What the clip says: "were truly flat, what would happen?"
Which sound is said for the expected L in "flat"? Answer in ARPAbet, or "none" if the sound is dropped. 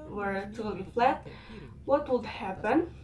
L